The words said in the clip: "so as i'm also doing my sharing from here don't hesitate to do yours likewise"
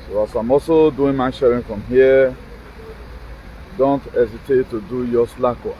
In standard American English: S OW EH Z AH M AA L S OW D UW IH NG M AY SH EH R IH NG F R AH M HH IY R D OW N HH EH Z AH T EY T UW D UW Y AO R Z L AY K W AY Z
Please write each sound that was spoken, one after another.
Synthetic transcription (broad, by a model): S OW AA S AH M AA S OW D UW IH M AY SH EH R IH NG F R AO M HH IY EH D OW N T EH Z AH T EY T UW D UW Y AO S L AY K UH